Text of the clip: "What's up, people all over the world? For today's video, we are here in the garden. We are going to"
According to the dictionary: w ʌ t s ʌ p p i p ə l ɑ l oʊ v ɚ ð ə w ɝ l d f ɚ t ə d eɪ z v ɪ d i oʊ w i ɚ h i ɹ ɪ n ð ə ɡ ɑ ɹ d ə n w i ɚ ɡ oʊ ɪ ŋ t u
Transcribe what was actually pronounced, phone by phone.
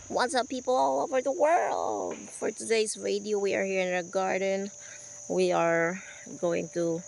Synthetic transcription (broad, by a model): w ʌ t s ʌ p p i p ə l ɑ l oʊ v ɚ ð ə w ɝ l d f ɚ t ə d eɪ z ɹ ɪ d i oʊ w i ɚ h i ɹ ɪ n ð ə ɡ ɑ ɹ d ə n w i ɚ ɡ oʊ ɪ ŋ t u